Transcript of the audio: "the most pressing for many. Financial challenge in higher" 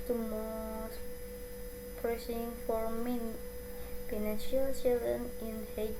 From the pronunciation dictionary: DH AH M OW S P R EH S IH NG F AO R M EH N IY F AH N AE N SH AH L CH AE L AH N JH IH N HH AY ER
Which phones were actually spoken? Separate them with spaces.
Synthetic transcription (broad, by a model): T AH M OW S P R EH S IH NG F AO R M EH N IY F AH N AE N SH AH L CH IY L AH N IH N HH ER